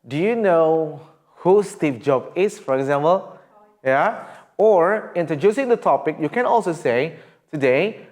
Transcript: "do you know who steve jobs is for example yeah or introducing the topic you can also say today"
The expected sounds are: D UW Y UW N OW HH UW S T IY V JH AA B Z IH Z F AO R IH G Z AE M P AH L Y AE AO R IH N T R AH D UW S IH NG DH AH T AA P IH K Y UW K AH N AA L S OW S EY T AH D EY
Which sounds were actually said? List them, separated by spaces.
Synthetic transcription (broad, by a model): D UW Y UW N OW HH UW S T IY P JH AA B IH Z F AO R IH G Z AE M P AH L Y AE AO R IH N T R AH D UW S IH NG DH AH T AA P IH K Y UW K AH N AA L S OW S EY T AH D EY